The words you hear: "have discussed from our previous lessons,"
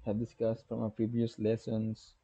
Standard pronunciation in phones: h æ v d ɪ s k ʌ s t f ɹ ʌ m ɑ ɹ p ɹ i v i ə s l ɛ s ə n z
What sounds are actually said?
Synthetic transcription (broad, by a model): h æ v d ɪ s k ʌ s t f ɹ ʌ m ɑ p ɹ i v i ə s l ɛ s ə n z